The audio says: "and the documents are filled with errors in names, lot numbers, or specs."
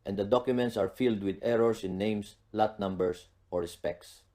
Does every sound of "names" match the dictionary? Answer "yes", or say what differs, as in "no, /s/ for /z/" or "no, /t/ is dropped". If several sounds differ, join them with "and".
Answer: no, /s/ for /z/